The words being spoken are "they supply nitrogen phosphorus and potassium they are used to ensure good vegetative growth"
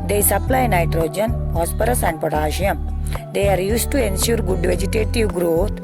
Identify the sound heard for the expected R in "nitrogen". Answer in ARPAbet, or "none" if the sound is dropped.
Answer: R